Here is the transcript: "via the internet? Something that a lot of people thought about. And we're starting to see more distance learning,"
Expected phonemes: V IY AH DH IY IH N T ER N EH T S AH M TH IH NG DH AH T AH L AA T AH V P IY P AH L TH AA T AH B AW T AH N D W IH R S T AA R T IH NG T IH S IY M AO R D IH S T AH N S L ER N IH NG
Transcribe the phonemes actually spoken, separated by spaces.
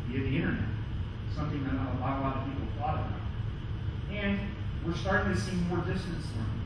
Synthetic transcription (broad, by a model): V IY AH DH IY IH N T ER N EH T S AH M TH IH NG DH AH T AH L AA T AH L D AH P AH L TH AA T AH AW AH N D W IH R S T AA R T IH NG T IH S IY M AO R D IH S T AH N S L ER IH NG